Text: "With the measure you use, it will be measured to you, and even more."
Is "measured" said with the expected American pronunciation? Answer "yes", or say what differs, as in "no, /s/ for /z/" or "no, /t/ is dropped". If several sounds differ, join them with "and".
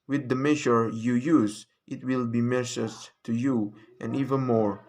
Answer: no, /s/ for /ʒ/